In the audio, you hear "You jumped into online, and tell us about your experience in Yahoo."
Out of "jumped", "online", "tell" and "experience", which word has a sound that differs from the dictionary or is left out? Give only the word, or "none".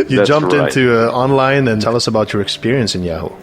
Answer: none